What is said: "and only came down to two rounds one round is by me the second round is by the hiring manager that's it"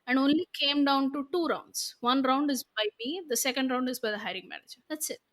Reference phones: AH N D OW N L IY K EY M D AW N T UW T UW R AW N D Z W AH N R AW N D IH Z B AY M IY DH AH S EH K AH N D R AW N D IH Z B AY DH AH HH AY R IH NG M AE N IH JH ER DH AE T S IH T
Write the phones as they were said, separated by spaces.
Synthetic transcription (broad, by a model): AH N D OW N L IY K EY M D AW N T UW T UW R AW N D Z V AH N R AW N D IH Z B AY M IY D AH S EH K AH N D R AW N D IH Z B AY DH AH HH AY R IH NG M AE N IH JH ER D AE T S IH T